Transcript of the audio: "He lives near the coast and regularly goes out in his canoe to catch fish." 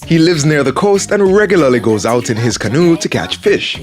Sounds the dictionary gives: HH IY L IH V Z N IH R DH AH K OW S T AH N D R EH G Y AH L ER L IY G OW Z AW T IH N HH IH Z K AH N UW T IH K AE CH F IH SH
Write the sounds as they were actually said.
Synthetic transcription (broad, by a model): HH IY L IH V Z N IH R DH AH K OW S T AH N R EH G Y L ER L IY G OW Z AW T IH N IH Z K AH N UW T IH K AE CH F IH SH